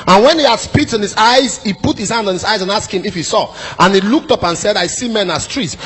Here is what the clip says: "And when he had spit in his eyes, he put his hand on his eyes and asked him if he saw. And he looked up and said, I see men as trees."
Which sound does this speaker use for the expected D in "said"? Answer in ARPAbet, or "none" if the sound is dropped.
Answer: D